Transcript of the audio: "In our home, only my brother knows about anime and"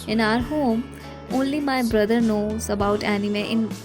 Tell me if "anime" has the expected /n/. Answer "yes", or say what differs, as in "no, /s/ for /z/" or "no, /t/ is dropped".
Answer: yes